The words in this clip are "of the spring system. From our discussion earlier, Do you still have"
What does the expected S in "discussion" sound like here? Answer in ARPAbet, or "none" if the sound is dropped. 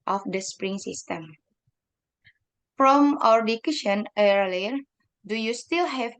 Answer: none